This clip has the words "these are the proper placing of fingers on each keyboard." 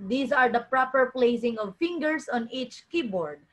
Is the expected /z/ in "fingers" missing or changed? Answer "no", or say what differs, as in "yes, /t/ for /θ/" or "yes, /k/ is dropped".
yes, /s/ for /z/